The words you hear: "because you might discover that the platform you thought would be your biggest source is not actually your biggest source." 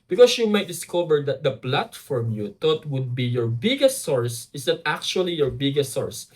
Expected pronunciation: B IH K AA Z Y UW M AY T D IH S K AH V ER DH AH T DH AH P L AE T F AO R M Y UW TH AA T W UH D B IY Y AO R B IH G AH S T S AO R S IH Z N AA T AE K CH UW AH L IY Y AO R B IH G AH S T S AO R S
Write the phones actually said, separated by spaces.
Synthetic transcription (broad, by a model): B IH K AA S Y UW M AY T D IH S K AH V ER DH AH T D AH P L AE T F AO R M Y UW T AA T W UH D B IY Y AO R B IH G AH S T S AO R S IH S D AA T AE K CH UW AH L IY Y AO R B IH G AH S T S AO R S